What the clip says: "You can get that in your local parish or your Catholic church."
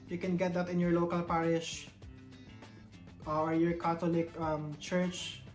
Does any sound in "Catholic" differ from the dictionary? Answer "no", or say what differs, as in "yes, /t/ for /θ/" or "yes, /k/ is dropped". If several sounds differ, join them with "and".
yes, /t/ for /θ/